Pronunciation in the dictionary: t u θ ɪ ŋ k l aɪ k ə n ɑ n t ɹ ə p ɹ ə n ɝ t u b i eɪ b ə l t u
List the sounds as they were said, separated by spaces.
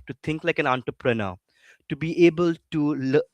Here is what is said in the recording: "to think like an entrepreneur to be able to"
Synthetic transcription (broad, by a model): t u t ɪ ŋ k l aɪ k ə n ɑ n t ɹ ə p ɹ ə n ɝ t u b i eɪ b ə l t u